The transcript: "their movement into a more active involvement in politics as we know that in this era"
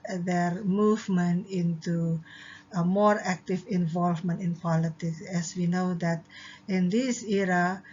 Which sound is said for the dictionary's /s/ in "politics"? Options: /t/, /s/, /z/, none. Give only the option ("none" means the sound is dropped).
/s/